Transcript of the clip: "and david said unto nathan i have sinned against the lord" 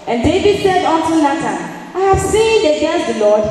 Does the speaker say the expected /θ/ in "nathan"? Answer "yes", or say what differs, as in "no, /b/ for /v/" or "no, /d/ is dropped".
no, /t/ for /θ/